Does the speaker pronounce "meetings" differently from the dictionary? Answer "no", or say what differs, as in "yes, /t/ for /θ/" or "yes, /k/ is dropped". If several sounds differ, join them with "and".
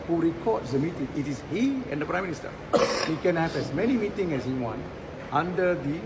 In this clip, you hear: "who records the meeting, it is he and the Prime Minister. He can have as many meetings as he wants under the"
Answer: yes, /z/ is dropped